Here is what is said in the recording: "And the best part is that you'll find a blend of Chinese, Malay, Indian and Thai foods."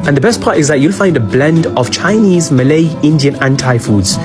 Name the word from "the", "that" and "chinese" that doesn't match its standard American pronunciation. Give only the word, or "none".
none